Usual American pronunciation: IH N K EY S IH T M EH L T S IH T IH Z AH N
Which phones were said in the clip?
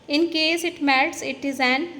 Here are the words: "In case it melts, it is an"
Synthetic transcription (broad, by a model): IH N K EY S IH T M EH T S IH T IH Z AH N